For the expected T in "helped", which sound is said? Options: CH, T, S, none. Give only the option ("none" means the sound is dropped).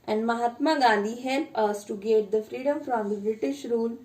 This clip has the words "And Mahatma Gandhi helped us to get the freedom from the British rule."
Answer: none